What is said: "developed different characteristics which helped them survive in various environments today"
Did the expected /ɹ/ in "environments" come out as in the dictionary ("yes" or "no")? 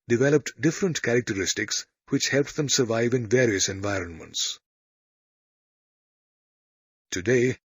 yes